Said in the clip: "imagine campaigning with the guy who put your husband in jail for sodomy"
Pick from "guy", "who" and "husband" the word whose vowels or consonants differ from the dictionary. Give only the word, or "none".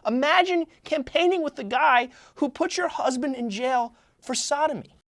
none